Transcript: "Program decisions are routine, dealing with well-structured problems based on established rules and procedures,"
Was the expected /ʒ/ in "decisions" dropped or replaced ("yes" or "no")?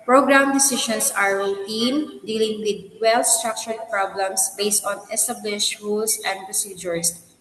yes